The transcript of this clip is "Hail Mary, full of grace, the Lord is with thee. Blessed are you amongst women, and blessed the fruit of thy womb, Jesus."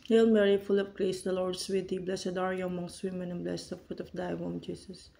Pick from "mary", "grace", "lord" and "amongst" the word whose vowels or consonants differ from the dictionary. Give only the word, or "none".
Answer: none